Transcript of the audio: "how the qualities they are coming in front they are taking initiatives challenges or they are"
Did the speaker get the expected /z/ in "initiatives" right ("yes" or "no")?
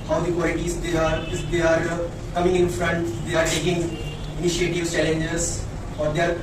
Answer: no